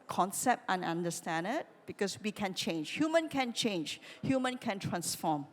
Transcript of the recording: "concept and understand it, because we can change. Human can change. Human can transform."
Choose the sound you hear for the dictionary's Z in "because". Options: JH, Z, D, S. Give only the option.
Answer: S